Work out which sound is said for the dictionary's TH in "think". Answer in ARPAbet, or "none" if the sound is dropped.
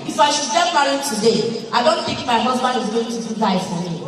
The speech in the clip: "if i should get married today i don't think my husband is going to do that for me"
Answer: T